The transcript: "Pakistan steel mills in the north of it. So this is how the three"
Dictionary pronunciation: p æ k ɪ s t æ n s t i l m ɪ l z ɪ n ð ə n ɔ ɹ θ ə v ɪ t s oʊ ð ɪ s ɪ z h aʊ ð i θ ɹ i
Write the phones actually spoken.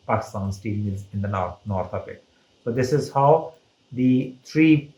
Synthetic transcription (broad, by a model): p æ k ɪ s t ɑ n s t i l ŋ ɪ z ɪ n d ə n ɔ ɹ t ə p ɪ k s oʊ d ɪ s ɪ z h aʊ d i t ɹ i